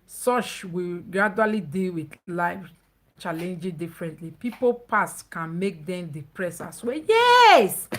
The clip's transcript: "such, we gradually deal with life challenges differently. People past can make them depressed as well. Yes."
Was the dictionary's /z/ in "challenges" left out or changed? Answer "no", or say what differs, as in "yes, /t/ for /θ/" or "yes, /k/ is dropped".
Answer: yes, /z/ is dropped